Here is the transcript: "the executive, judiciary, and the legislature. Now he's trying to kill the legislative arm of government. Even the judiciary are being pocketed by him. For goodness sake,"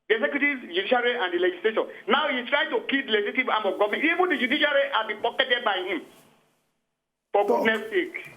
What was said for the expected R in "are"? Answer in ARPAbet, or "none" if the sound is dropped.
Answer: L